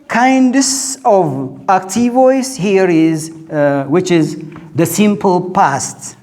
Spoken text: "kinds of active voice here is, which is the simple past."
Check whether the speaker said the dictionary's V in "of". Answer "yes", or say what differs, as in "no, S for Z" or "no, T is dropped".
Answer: yes